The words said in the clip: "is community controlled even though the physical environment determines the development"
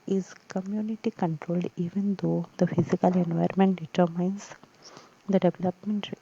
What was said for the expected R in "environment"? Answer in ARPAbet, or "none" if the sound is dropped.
none